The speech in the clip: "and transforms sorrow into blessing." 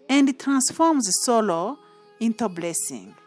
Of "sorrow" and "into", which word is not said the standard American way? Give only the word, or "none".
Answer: sorrow